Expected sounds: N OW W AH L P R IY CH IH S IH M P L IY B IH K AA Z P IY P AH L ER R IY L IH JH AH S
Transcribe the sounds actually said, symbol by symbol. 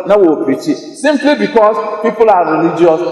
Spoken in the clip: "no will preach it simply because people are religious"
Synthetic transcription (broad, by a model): N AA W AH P IY CH IH S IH M P L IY B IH K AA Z P IY P AH L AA R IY L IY JH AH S